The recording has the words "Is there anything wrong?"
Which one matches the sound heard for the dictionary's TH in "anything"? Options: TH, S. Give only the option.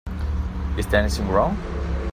S